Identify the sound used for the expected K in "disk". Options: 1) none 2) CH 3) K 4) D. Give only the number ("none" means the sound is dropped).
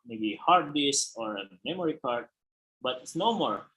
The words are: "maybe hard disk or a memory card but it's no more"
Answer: 1